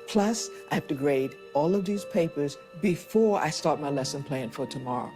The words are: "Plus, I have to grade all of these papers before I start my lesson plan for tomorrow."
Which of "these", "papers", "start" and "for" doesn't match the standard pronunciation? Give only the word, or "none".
none